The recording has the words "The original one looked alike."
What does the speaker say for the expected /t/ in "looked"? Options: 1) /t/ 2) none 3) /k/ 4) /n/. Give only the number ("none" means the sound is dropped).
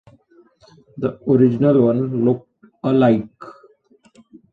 1